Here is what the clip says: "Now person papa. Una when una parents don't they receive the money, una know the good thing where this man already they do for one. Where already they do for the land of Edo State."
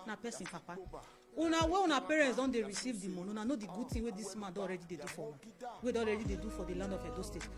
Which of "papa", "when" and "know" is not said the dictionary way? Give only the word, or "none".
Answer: when